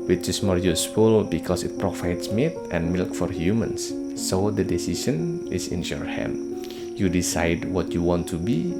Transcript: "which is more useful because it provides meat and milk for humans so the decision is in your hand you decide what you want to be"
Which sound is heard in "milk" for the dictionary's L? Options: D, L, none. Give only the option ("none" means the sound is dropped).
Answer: L